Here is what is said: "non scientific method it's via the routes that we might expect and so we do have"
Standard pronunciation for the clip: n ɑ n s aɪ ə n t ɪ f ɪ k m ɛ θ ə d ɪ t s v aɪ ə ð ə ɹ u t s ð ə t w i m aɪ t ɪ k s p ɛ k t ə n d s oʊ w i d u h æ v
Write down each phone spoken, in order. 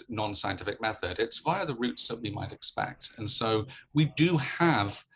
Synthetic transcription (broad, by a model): n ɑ n s aɪ ə n t ɪ f ɪ k m ɛ θ ə d ɪ t s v aɪ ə ð ə ɹ u t s ð ə t w i m aɪ t ɪ k s p ɛ k t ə n s oʊ w i d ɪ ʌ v